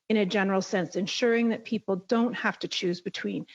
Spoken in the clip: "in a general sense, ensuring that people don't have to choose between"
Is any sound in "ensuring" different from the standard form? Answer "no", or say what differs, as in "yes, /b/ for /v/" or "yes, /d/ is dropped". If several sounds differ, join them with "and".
no